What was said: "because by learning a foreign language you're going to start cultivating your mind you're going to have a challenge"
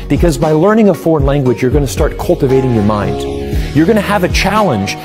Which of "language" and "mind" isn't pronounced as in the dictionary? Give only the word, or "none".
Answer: none